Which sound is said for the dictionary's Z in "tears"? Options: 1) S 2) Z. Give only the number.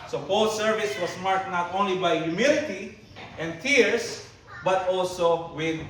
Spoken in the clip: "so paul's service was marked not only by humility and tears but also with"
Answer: 1